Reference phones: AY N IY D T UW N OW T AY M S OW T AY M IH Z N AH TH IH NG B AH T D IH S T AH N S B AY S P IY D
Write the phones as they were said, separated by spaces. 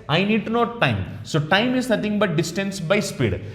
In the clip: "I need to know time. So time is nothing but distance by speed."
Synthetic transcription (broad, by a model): AY N IY D T UW N OW T AY M S OW T AY M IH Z N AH T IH NG B AH T D IH S T AH N S B AY S P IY D